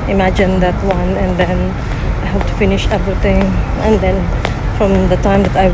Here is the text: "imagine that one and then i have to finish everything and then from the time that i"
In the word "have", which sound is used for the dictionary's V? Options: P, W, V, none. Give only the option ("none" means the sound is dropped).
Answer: P